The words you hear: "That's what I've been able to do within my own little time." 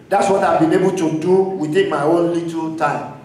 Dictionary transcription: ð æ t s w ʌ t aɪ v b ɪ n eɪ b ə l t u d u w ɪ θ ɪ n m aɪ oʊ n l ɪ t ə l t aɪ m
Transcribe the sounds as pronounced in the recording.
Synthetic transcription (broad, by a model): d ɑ t s w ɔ t aɪ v b ɪ n eɪ b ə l t u d u w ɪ t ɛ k m aɪ oʊ n l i t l t aɪ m